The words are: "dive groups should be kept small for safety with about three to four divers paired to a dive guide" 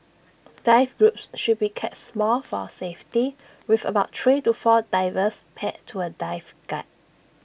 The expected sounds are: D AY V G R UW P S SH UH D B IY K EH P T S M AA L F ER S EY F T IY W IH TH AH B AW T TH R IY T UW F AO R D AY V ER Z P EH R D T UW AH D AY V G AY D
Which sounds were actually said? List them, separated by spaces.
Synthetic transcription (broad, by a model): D AY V G R UW P S SH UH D B IY K EH T S M AA L F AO S EY F T IY W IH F AH B AW T T R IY T UW F AO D AY V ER S P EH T T UW AH D AY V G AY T